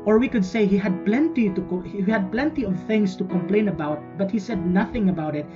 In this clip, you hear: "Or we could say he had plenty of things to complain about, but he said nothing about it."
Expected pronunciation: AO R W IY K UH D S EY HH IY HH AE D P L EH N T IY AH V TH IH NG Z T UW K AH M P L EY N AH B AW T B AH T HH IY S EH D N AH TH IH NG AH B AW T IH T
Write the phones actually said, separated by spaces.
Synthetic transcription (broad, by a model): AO R W IY K UH D S EY HH IY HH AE D P L EH N T IY AH V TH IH NG S T UW K AH M P L EY N AH B AW T B AH T HH IY S EH D N AH TH IH NG AH B AW T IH T